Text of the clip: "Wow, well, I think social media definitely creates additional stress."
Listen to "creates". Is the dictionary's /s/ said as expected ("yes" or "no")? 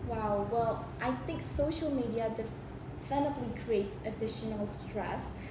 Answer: yes